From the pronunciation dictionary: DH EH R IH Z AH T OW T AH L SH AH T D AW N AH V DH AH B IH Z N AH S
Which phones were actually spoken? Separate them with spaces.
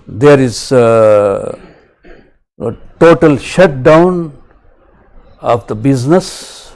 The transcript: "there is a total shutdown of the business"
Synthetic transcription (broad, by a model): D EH R IH Z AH T OW T AH L SH AH T D AW N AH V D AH B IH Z N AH S